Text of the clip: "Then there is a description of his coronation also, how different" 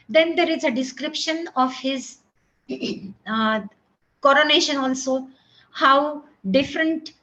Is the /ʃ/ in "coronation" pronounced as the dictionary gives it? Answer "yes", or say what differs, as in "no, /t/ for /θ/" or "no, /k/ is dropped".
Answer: yes